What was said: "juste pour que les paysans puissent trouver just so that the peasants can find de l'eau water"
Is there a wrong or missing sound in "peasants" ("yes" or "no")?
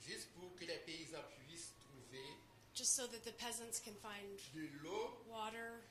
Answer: no